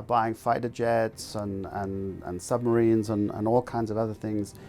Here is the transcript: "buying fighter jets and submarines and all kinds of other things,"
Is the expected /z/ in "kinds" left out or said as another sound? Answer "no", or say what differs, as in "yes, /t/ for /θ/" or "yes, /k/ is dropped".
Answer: no